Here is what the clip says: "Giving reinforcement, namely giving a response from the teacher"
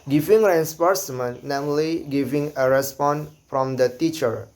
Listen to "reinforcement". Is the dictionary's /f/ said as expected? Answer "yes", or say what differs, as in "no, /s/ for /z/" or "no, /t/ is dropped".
no, /p/ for /f/